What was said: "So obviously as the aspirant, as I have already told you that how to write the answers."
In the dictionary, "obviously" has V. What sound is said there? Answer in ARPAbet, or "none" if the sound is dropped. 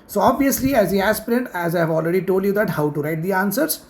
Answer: V